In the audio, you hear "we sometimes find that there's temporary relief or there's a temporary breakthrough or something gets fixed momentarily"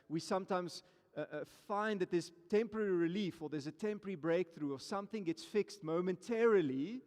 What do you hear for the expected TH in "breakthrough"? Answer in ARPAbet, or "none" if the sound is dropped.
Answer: TH